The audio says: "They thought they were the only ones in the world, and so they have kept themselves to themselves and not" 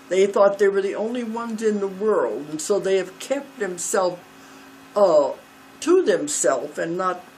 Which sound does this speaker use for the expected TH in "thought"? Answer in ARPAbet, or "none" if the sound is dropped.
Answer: TH